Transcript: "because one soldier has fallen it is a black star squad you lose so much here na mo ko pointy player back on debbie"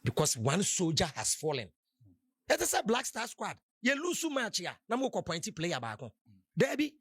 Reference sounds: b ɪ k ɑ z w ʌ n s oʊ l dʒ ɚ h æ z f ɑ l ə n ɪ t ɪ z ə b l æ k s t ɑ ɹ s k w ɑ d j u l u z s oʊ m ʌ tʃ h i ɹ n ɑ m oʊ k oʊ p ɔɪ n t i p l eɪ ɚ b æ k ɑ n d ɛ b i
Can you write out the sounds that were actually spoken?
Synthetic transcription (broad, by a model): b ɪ k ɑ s w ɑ n s oʊ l dʒ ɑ h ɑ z f ɑ l ə n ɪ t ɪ s ə b l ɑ k s t ɑ s k w ɑ d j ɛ l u s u m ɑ tʃ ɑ n ɑ m oʊ k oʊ p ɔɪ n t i p l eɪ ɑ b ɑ k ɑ d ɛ b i